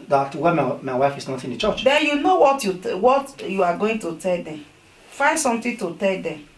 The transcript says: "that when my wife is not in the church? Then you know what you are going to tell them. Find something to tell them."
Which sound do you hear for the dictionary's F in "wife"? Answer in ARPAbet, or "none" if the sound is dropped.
F